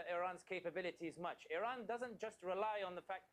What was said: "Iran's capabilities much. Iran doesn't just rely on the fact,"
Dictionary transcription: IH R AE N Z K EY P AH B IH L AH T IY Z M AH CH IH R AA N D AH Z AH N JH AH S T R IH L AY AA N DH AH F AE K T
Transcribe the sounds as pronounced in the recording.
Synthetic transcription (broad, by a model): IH R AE N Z K EY P AH B IH L AH T IY Z M AH CH IH R AA N D AH Z AH N JH AH S T R IH L AY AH N DH AH F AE K